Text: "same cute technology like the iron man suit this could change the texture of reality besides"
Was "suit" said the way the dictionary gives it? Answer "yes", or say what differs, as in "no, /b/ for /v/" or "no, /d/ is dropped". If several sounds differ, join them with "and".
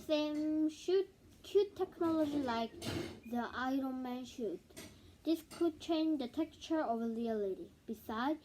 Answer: no, /ʃ/ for /s/